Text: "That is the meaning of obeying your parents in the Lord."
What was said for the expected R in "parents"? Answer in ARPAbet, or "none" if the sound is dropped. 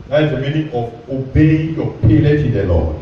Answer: L